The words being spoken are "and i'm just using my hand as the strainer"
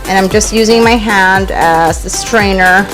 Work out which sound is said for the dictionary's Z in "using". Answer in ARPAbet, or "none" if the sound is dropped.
Z